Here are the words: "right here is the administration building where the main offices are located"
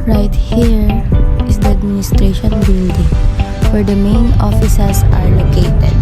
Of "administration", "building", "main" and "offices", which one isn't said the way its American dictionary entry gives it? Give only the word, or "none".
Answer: offices